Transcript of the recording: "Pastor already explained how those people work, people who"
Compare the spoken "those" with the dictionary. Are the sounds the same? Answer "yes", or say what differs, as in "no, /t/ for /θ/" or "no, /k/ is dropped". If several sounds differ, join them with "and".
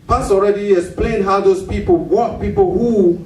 no, /s/ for /z/